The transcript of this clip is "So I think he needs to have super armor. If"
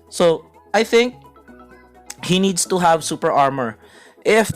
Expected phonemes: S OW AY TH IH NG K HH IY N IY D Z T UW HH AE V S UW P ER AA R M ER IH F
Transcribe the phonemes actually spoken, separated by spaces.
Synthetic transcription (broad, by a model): S OW AY TH IH NG K HH IY N IY D S T UW HH AE V S UW P ER AA R M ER IH F